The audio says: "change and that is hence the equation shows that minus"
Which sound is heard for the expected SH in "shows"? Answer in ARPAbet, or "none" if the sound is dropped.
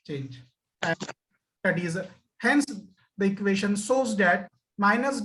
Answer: S